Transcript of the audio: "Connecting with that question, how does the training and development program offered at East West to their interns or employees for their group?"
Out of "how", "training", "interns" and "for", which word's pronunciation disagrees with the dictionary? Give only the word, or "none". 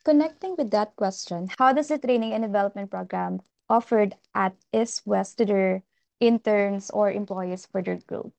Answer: interns